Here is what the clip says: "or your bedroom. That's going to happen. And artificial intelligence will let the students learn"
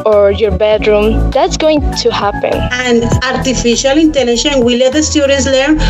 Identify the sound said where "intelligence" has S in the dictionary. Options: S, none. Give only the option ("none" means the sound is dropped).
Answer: none